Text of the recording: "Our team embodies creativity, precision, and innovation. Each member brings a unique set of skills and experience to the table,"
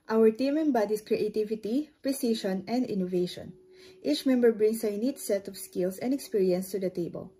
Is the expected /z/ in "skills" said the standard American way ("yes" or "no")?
no